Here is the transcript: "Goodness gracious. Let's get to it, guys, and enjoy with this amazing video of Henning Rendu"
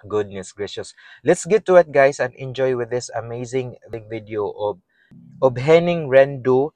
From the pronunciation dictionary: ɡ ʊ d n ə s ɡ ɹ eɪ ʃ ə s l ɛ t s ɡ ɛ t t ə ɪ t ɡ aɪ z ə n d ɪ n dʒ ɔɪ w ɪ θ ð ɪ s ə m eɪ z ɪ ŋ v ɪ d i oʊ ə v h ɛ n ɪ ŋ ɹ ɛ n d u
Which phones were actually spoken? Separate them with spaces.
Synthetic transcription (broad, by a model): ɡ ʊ d n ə s ɡ ɹ eɪ ʃ ə s l ɛ t s ɡ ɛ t t ə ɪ t ɡ aɪ s ə n d ɪ n dʒ ɔɪ w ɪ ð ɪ s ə m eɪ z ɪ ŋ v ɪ d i oʊ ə b h ɛ n ɪ ŋ ɹ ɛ n d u